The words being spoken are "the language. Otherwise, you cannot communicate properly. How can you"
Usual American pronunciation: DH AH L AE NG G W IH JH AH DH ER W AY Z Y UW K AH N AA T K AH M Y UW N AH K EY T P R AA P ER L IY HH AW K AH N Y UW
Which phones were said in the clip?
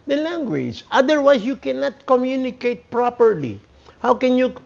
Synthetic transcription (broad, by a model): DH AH L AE NG G W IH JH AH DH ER W AY S Y UW K AH N AA T K AH M Y UW N AH K EY T P R AA P ER L IY HH AW K AH N Y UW